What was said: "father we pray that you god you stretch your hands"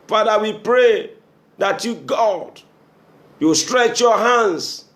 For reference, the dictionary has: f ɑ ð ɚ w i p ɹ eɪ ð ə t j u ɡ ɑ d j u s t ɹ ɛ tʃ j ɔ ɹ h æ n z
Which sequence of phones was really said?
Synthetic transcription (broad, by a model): f ɑ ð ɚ w i p ɹ eɪ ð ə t j u ɡ ɑ d j u s t ɹ ɛ tʃ j ɔ h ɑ n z